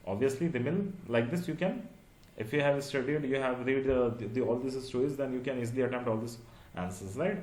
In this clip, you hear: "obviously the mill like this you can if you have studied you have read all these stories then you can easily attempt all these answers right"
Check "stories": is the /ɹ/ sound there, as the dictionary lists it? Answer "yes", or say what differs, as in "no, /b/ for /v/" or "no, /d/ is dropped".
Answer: no, /ɹ/ is dropped